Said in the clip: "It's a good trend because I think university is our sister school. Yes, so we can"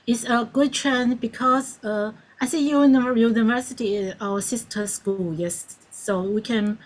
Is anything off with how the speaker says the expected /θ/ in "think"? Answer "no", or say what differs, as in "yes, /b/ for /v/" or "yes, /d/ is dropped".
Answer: yes, /s/ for /θ/